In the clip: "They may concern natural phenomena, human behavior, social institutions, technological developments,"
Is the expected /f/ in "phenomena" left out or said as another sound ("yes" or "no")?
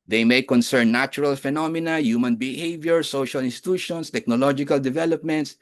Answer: no